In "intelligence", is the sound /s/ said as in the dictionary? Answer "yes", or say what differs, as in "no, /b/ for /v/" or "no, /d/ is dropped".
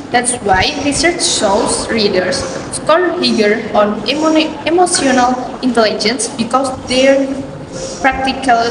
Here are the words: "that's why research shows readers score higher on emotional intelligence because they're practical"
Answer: yes